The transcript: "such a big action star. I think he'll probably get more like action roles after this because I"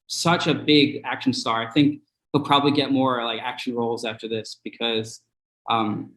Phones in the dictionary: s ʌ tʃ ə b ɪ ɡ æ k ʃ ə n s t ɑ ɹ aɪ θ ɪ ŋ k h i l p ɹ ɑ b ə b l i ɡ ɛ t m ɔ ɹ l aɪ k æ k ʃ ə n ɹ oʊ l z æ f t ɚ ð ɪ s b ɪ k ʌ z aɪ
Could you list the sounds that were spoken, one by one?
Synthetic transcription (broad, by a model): s ʌ tʃ ə b ɪ ɡ æ k ʃ n s t ɑ ɹ aɪ θ ɪ ŋ k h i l p ɹ ɑ b ə b l i ɡ ɛ t m ɔ ɹ l aɪ k æ k ʃ n ɹ oʊ l z æ f t ɚ ð ɪ s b ɪ k ʌ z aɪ